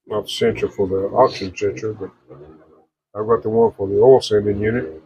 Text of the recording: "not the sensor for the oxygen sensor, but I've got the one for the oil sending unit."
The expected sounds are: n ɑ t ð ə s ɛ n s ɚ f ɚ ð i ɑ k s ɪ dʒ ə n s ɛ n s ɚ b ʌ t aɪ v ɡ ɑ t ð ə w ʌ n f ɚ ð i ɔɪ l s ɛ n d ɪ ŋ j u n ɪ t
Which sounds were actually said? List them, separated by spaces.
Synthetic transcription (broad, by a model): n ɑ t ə s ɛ n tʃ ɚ f ɚ ð i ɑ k ʃ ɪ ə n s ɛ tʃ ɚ b ʌ t aɪ v ɡ ɑ t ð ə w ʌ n f ɚ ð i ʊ l s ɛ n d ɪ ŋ j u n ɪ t